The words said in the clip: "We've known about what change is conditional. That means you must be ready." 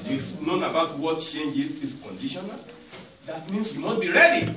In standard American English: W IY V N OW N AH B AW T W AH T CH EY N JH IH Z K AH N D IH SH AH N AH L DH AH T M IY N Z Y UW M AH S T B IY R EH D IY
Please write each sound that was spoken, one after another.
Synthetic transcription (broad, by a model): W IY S N OW N AH B AW T W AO T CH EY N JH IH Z K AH N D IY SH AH N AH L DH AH T M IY N S Y UW M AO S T B IY R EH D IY